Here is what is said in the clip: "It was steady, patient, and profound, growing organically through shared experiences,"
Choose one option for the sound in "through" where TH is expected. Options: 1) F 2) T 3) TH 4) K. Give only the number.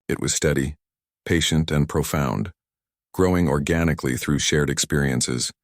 3